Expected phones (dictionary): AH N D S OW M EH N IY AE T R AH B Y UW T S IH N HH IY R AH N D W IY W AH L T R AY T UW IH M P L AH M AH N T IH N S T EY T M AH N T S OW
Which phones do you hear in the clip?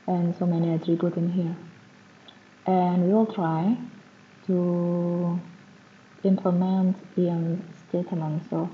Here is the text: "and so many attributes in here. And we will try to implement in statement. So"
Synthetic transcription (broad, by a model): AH N S OW M EH N IY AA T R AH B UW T IH N HH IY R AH N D W IY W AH L T R AY T UW IH M P L AH M AH N T IH N S T EY T M AH N T S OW